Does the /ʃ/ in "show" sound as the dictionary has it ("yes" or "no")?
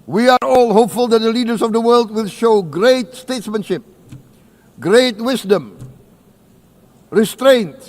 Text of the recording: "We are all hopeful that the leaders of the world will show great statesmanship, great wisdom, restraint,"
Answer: yes